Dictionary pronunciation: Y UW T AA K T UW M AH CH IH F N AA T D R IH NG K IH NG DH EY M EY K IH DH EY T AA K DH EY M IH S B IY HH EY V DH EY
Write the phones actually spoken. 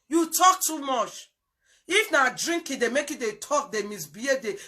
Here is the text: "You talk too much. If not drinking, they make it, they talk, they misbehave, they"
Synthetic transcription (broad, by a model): Y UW T AA K T UW M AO CH IH F N AA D R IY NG K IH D EY M EY K IH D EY T AA K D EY M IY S B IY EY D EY